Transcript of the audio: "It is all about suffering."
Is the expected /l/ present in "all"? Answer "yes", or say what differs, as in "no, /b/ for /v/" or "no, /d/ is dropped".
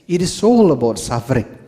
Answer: yes